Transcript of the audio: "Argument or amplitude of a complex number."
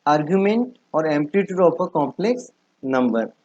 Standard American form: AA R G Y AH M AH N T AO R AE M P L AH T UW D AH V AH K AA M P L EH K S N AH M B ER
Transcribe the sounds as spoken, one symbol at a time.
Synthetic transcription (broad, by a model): AA R G Y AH M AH N T AO R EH M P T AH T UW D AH P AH K AA M P L EH K S N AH M B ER